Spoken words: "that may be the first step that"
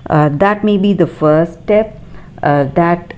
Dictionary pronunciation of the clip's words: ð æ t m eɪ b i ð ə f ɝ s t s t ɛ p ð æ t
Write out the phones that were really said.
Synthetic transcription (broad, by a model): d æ t m eɪ b i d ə f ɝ t s t ɛ p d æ t